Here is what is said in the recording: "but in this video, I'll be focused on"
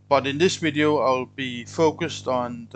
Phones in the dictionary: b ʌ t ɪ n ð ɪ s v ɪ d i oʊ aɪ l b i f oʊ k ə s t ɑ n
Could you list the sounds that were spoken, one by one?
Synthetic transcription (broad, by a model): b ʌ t ɪ n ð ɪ s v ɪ d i oʊ aɪ l b i f oʊ k ə s t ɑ n